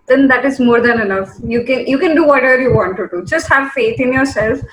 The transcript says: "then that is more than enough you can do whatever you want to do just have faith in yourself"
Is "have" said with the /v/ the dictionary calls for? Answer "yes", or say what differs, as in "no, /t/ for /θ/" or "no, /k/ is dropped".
yes